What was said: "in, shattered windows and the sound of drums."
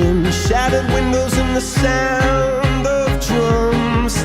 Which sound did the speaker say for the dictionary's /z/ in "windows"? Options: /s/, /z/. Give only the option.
/z/